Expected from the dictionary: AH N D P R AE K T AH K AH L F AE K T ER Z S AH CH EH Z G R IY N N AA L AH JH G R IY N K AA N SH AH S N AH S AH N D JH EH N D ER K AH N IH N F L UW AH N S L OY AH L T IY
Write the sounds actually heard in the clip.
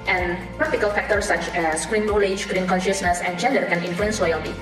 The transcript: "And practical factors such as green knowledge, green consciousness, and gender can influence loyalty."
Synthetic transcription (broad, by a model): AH N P R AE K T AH K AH L F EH K T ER S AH CH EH S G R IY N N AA L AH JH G R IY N K AA N SH AH S N AH S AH N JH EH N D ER K AH N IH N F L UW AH N S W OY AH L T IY